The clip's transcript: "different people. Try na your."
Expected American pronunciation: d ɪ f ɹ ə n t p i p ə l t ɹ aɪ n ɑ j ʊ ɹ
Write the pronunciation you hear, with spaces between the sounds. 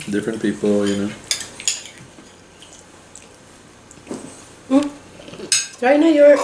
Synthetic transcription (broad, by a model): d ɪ f ɹ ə n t p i p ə n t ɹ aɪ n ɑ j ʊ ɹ